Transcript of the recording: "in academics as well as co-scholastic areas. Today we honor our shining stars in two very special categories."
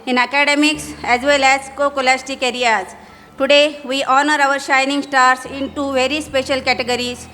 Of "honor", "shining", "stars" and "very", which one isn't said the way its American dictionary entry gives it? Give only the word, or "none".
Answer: stars